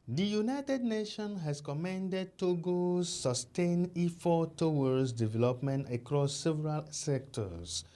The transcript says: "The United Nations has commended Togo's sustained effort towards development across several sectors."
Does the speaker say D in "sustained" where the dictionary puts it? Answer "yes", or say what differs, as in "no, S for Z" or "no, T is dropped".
no, D is dropped